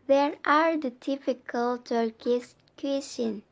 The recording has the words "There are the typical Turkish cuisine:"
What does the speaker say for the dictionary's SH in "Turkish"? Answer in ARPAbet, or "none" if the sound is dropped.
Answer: S